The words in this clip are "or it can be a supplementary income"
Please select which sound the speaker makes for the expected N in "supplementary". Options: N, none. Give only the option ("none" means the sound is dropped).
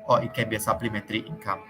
none